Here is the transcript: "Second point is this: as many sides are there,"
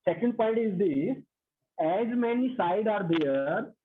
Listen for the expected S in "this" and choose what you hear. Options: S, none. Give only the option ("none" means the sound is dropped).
none